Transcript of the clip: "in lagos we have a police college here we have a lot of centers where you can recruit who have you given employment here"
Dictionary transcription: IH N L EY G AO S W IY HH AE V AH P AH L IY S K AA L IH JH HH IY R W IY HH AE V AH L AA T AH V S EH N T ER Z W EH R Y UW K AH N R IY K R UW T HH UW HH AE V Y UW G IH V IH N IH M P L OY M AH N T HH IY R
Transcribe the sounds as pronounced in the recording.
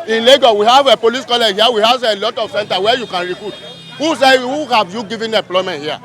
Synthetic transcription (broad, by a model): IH N L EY G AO W IY HH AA V AH P AH L IY S K AA L IH JH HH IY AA W IY HH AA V AH L AA T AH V S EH N T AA W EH Y UW K AH N R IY K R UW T HH UW HH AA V Y UW G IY V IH N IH M P L OY M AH N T HH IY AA